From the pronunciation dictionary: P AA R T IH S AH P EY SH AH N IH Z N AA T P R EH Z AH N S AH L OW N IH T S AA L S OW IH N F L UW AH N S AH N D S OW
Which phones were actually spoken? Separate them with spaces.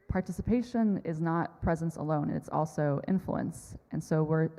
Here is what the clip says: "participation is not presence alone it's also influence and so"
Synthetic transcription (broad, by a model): P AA R T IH S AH P EY SH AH N IH Z N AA T P R EH Z AH N S AH L OW N IH T S AA L S OW IH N F L UW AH N S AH N S OW